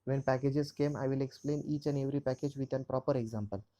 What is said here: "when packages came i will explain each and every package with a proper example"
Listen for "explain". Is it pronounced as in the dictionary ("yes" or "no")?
yes